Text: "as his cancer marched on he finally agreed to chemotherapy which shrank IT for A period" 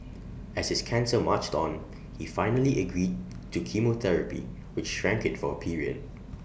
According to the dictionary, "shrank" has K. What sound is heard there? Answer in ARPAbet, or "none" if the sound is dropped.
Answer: K